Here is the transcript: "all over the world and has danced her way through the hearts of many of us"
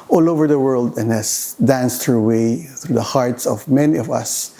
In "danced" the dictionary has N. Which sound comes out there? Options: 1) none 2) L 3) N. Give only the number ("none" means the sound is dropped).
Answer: 3